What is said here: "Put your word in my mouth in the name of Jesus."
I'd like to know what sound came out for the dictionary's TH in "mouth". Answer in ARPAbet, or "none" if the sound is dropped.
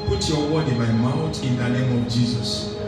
T